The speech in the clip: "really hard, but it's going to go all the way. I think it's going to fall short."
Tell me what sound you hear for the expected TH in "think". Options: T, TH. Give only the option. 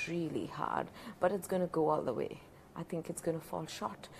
TH